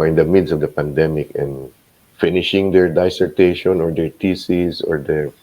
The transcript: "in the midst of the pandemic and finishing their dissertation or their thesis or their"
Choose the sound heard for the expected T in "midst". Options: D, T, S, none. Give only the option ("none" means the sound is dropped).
none